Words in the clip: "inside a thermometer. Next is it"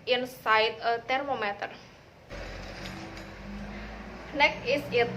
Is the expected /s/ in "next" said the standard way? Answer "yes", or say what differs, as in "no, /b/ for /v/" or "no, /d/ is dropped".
no, /s/ is dropped